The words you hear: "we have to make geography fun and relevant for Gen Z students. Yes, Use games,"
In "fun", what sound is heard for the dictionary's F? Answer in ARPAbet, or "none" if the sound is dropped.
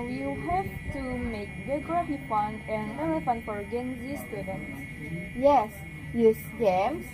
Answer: P